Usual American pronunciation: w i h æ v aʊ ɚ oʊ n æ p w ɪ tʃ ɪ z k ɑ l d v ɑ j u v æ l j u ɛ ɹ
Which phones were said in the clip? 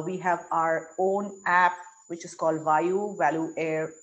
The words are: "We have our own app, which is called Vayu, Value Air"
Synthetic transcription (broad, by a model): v i h æ v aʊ ɚ oʊ n æ p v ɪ tʃ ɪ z k ɑ l d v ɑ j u v æ l j u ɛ ɹ